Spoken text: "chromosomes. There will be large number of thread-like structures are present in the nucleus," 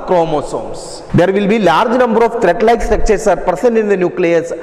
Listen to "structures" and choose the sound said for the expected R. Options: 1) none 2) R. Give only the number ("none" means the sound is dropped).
1